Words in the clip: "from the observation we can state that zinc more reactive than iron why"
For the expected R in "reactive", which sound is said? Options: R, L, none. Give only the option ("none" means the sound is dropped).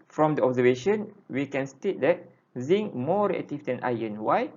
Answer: L